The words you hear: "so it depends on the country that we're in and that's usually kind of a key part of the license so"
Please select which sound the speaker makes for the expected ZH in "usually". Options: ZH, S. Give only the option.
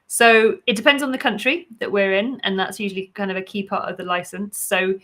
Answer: ZH